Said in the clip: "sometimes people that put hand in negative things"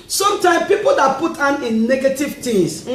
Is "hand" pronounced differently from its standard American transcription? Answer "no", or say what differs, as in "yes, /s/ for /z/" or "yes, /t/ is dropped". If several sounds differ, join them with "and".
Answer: yes, /d/ is dropped